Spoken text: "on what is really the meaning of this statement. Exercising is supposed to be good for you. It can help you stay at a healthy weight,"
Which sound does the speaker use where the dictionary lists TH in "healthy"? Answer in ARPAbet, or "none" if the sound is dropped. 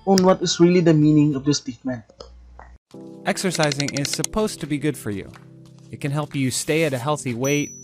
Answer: TH